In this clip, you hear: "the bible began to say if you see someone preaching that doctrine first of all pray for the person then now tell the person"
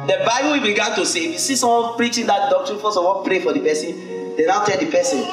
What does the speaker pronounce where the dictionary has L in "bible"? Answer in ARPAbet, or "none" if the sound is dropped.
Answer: W